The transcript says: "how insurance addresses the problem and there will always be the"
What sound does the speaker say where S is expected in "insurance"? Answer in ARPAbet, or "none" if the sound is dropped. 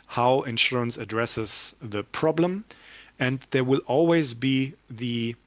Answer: S